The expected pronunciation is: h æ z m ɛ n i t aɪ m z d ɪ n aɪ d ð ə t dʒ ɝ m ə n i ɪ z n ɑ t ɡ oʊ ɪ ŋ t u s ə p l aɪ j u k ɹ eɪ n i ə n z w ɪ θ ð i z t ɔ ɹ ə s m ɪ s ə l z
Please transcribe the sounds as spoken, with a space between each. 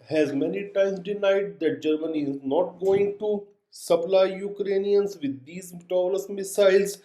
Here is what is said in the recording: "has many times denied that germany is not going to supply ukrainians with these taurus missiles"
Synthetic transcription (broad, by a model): h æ z m ɛ n i t aɪ m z d ɪ n aɪ d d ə t dʒ ɝ m ə n i ɪ z n ɑ t ɡ oʊ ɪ ŋ t u s ə p l aɪ j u k ɹ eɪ n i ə n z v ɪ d i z t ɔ l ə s m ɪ s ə l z